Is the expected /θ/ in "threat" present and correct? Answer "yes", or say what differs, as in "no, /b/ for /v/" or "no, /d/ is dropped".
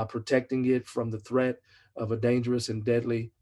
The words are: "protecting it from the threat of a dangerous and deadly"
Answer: yes